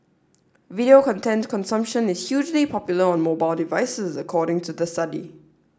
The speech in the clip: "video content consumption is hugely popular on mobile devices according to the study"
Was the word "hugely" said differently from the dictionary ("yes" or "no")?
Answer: no